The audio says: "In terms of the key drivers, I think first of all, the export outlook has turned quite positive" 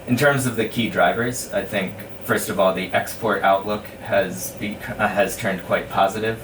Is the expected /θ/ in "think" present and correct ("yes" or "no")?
yes